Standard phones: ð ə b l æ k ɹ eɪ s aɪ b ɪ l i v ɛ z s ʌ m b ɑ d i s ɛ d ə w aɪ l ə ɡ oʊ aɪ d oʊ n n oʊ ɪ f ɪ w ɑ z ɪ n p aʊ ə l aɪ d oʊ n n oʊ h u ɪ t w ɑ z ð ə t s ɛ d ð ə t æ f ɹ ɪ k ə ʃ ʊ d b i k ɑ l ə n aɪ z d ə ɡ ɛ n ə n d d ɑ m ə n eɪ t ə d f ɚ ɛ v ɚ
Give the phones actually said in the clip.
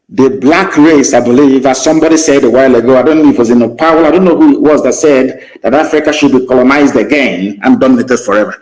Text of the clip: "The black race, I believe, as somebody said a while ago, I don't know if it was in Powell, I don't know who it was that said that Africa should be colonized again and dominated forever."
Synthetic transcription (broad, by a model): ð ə b l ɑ k ɹ eɪ s aɪ b ɪ l i v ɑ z s ʌ m b ɑ d i s ɛ d ə w aɪ l ə ɡ oʊ aɪ d oʊ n n oʊ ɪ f w ɑ z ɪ n p aʊ ə l aɪ d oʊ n n oʊ h u ɪ t w ɑ z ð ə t s ɛ d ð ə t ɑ f ɹ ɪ k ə ʃ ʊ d b i k ɑ l ə n aɪ z d ə ɡ ɛ n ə n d d ɑ m ə n eɪ t ə d f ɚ ɛ v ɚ